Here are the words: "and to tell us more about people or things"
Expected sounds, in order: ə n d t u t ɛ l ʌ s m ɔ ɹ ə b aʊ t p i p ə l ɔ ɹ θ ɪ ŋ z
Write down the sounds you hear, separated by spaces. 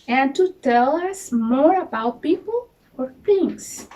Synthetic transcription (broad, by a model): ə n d t u t ɛ l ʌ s m ɔ ɹ ə b aʊ t p i p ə l ɔ ɹ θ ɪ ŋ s